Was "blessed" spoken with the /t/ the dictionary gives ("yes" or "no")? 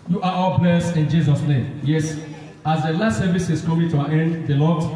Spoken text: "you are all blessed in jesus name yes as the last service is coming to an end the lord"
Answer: no